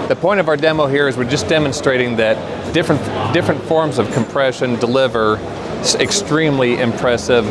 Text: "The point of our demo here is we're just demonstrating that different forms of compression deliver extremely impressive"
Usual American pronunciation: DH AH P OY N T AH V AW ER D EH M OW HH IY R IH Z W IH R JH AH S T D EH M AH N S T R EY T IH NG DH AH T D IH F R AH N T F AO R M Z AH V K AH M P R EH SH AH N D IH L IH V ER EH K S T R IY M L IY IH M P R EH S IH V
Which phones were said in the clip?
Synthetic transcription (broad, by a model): DH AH P OY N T AH V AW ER D EH M OW HH IY R IH Z W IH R JH AH S D EH M AH N S T R EY T IH NG DH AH T D IH F R AH N T F AO R M Z AH V K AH M P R EH SH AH N D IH L IH V ER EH K S T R IY M L IY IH M P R EH S IH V